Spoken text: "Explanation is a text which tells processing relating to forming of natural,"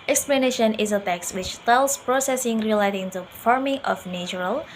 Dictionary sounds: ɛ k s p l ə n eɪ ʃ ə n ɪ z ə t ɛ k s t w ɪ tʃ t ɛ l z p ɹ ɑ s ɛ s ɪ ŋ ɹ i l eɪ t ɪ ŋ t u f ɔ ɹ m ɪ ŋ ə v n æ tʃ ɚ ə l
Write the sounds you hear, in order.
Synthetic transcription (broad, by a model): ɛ k s p l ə n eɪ ʃ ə n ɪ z ə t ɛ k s w ɪ tʃ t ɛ l s p ɹ ɑ s ɛ s ɪ ŋ ɹ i l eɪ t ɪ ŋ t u f ɔ ɹ m ɪ ŋ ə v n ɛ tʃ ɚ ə l